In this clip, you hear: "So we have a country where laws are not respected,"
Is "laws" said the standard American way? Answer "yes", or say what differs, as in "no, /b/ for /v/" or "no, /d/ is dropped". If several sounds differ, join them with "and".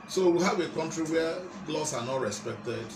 no, /s/ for /z/